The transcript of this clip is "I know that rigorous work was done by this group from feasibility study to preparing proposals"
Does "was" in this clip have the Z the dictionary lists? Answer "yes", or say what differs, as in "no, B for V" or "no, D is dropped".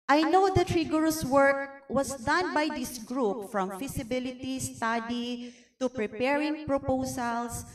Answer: no, S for Z